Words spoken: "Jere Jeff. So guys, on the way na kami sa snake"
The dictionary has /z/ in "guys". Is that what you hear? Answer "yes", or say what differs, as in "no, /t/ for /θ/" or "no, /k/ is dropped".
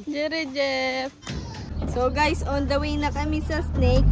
no, /s/ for /z/